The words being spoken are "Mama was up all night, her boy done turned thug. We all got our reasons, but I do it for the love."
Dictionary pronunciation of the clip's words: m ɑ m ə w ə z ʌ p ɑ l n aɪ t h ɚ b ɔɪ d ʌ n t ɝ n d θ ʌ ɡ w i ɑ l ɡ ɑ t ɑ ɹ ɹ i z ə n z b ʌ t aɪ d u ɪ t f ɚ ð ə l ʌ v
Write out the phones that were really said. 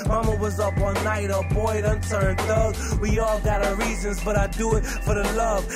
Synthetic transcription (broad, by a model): m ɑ m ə w ə z ʌ p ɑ n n aɪ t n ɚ b ɔɪ d ʌ n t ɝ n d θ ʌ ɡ w i ɑ l ɡ ɑ t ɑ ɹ ɹ i z ə n z b ʌ t aɪ d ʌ ɪ t f ɚ ð ə l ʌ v